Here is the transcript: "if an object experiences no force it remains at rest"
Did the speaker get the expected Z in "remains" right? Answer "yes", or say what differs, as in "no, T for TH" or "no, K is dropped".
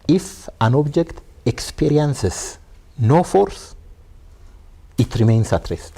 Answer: no, S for Z